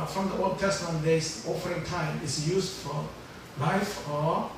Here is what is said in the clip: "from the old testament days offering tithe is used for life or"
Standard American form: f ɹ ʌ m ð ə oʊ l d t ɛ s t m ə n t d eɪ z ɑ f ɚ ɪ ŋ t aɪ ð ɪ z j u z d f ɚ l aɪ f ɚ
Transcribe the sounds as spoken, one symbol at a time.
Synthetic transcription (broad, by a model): f ɹ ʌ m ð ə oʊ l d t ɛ s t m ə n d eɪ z ɑ f ɚ ɪ ŋ t aɪ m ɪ s j u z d f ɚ l aɪ f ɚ